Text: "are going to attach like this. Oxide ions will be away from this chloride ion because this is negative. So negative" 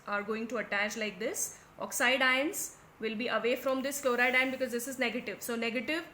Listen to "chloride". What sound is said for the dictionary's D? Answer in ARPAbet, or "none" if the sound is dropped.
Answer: D